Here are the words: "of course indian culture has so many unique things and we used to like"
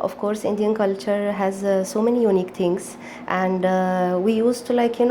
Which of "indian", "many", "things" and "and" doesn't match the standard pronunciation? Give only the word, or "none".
things